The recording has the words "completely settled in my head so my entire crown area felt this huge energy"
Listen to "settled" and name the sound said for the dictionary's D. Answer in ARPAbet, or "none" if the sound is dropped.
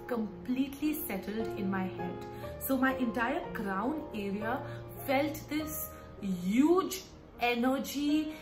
D